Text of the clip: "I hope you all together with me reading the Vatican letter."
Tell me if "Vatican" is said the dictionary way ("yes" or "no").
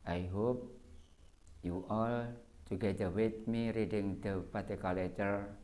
no